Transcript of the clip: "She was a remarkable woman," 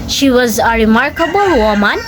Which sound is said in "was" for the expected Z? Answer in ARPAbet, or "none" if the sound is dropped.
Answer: Z